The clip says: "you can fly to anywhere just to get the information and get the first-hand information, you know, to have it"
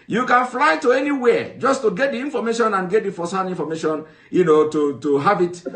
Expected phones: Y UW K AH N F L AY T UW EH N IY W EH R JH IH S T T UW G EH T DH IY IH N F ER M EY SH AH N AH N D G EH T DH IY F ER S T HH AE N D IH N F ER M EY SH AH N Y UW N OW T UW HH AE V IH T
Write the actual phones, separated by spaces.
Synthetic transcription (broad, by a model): Y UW K AH N F L AY T UW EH N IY W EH JH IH S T T UW G EH T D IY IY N F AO M EY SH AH N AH N G EH T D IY F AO S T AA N IY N F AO M EY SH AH N Y UW N OW T UW HH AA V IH T